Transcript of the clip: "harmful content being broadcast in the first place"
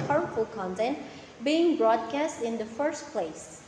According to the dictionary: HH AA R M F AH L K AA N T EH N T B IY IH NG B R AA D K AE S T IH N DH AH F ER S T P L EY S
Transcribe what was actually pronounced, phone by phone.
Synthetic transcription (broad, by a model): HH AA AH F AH L K AA N T EH N T B IY IH NG B R AA D K AE S T IH N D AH F ER S T P L EY S